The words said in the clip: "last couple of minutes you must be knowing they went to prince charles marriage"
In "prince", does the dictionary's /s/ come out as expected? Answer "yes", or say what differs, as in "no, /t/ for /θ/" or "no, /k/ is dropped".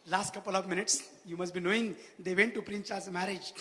no, /s/ is dropped